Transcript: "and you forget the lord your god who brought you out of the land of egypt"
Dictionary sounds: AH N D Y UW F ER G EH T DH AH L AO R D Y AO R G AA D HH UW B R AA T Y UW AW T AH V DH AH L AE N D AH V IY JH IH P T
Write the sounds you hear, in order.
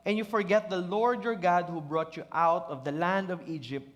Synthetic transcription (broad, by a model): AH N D Y UW F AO G EH T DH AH L AO R D Y AO R G AA D HH UW B R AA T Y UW AW T AH V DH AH L AE N D AH V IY JH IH P T